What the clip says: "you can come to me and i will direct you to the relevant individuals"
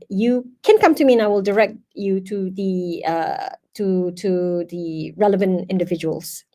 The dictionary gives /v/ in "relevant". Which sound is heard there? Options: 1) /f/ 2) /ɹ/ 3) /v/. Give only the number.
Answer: 3